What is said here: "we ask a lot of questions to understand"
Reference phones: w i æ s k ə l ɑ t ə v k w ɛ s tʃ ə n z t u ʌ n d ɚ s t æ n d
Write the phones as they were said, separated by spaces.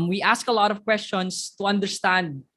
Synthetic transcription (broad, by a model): w i æ s k ə l ɑ t ə v k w ɛ s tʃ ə n s t u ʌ n d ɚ s t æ n d